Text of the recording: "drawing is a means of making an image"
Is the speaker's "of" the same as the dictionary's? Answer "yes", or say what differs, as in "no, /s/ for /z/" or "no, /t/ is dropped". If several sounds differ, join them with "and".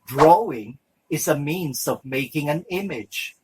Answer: yes